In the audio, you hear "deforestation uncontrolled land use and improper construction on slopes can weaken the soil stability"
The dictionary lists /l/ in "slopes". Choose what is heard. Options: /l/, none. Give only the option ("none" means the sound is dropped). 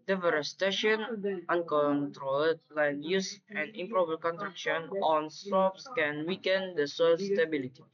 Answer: none